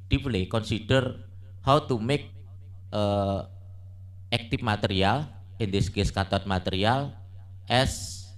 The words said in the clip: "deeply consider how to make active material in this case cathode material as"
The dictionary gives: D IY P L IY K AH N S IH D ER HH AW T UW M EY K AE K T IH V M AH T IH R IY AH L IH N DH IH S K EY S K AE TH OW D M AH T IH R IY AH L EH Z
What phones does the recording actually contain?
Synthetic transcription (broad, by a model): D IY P L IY K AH N S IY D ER HH AW T UW M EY K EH K T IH F M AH T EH R IY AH L IH N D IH S K EY S K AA T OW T M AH T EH R IY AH L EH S